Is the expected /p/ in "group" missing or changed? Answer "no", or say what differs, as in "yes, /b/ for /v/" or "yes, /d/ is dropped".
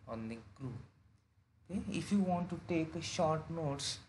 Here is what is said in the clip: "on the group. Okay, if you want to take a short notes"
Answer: yes, /p/ is dropped